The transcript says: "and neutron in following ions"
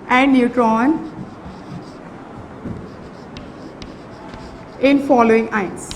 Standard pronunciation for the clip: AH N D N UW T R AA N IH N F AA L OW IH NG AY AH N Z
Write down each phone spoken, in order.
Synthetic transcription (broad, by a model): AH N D N UW T R AA N IH N F AA L OW IH NG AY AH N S